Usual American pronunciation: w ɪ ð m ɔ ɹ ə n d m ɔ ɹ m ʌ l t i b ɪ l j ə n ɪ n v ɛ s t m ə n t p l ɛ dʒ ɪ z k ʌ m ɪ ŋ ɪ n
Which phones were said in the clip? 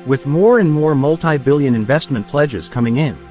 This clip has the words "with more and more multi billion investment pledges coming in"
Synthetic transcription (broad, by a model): w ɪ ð m ɔ ɹ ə n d m ɔ ɹ m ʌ l t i b ɪ l j ə n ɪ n v ɛ s t m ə n p l ɛ dʒ ɪ z k ʌ m ɪ ŋ ɪ n